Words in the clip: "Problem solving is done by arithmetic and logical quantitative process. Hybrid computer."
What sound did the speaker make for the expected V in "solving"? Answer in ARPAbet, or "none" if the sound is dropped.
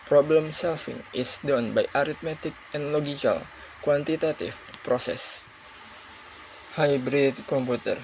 F